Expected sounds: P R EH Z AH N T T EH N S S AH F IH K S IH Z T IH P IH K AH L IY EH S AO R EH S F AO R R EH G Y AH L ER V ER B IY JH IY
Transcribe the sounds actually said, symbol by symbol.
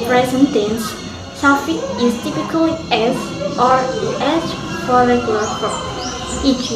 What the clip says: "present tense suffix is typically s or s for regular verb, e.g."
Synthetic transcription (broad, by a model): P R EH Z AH N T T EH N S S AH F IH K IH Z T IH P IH K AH L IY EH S AO R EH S F AO R R EH G Y AH L ER P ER IY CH